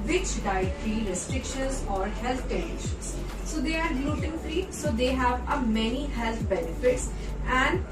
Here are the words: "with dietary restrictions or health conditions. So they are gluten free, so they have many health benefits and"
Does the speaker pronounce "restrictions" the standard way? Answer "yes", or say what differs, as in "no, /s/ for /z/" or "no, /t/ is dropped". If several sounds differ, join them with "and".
no, /n/ is dropped